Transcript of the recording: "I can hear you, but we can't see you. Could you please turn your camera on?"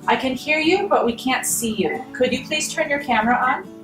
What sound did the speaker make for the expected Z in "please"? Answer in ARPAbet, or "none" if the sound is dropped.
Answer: S